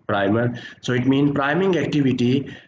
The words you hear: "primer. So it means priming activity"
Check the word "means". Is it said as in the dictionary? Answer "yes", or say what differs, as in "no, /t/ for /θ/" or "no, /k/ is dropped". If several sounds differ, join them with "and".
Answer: no, /z/ is dropped